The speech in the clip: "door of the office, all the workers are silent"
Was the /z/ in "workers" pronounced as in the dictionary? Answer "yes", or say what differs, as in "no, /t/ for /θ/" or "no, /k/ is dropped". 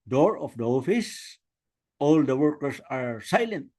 no, /s/ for /z/